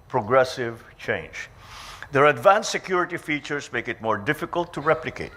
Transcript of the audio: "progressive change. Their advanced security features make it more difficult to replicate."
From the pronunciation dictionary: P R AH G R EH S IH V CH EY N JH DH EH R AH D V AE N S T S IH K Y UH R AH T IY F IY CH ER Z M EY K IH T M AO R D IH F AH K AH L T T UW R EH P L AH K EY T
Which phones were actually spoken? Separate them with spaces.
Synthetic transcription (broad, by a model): P R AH G R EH S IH V CH EY N JH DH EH R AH D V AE N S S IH K Y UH R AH T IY F IY CH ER S M EY K IH T M AO R D IH F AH K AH L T T UW R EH P L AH K EY T